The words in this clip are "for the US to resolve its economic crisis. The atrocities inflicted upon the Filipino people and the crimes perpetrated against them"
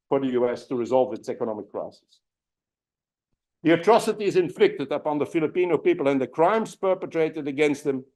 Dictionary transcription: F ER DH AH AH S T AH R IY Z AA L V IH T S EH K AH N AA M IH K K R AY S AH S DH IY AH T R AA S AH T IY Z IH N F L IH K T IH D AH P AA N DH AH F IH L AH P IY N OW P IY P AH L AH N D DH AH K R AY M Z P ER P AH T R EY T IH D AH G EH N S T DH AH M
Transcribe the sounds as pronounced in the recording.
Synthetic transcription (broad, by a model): F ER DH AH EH S T AH R IY Z AA L V IH T S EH K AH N AA M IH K K R AY S AH S DH IY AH T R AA S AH T IY Z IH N F L IH K T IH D AH P AA N DH AH F IH L AH P IY N OW P IY P AH L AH N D DH AH K R AY M Z P ER P AH T R EY T IH D AH G EH N S T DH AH M